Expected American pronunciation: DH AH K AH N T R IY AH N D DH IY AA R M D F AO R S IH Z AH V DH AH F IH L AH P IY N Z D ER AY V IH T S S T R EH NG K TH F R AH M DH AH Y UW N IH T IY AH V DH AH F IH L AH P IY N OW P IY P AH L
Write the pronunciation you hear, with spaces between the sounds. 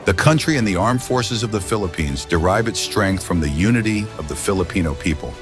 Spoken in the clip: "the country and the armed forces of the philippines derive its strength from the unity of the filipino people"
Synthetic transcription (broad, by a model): DH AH K AH N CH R IY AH N DH IY AA R M F AO R S IH Z AH V DH AH F IH L AH P IY N Z D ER AY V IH T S S T R EH NG K TH F R AH M DH AH Y UW N IH T IY AH V DH AH F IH L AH P IY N OW P IY P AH L